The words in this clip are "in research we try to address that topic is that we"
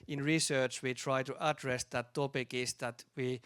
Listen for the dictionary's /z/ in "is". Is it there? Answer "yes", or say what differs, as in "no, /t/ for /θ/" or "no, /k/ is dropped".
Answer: no, /s/ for /z/